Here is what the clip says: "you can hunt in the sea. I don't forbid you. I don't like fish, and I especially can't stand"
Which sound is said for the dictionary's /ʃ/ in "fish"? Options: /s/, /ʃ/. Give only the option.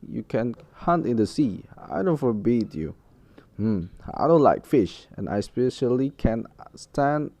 /ʃ/